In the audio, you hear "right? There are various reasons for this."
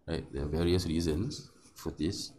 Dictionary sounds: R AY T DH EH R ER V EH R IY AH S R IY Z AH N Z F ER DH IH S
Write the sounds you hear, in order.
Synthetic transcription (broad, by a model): R AY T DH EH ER V EH R IY AH S R IY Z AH N S F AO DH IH S